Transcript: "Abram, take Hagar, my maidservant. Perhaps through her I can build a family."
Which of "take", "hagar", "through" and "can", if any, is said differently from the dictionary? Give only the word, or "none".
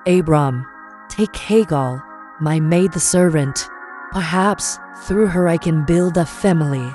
hagar